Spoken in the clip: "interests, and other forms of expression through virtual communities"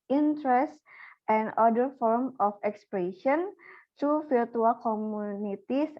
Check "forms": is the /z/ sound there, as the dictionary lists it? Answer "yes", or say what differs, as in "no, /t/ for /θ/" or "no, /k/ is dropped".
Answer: no, /z/ is dropped